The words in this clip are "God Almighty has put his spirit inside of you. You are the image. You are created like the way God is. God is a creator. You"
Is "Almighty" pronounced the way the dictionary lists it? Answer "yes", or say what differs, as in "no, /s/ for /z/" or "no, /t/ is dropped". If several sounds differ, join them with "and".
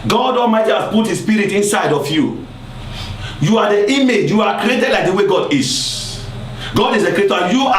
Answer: no, /l/ is dropped